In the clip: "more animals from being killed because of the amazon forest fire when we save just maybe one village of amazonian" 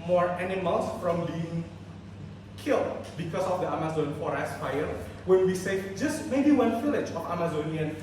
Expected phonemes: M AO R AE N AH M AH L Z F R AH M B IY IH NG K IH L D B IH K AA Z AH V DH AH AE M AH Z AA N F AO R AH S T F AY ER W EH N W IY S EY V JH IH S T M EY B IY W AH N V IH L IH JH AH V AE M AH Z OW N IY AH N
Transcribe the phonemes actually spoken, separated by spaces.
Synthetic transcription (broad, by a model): M AO R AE N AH M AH L S F R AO M B IY IH NG K IH L D B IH K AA S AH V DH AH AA M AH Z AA N F AO R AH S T F AY ER W EH N W IY S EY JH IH S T M EY B IY W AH N F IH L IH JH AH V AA M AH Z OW N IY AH N